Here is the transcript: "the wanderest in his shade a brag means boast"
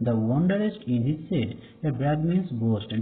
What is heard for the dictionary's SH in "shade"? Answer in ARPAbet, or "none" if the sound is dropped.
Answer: S